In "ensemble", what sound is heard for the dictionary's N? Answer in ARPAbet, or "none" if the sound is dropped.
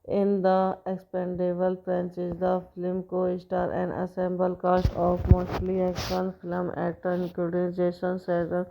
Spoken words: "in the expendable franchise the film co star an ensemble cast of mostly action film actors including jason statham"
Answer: none